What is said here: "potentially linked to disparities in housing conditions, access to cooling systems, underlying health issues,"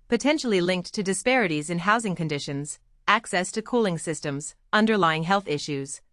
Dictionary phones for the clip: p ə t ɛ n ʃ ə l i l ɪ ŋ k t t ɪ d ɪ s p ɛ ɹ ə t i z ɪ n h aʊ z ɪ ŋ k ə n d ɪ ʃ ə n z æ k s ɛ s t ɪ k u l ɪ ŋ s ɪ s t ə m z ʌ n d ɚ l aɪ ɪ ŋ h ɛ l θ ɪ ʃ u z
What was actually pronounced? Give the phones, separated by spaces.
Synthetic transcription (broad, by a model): p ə t ɛ n ʃ l i l ɪ ŋ k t t ɪ d ɪ s p ɛ ɹ ə t i z ɪ n h aʊ z ɪ ŋ k ə n d ɪ ʃ ə n z æ k s ɛ s t ɪ k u l ɪ ŋ s ɪ s t ə m z ʌ n d ɚ l aɪ ɪ ŋ h ɛ l θ ɪ ʃ u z